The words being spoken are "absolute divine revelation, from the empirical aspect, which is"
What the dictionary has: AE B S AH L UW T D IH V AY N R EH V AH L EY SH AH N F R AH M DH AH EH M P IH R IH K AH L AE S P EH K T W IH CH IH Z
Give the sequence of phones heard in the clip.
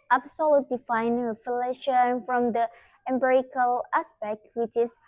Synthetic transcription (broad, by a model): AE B S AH L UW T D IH F AY N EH F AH L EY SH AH N F R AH M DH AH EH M B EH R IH K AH L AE S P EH K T W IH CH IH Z